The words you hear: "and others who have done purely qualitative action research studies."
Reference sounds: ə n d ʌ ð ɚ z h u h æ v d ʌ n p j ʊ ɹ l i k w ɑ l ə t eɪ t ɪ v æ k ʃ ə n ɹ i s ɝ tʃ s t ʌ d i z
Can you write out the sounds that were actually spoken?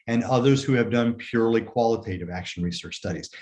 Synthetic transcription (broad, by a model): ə n ʌ ð ɚ z h u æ v d ʌ n p j ʊ ɹ l i k w ɑ l ə t eɪ t ɪ v æ k ʃ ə n ɹ i s ɝ tʃ s t ʌ d i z